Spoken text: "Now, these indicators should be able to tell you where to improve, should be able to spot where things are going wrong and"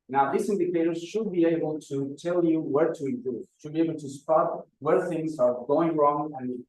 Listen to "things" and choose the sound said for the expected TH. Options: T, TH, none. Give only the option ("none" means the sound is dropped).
TH